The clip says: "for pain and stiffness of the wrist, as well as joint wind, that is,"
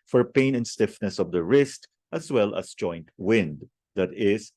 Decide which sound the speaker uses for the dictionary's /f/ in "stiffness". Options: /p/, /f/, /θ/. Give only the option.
/f/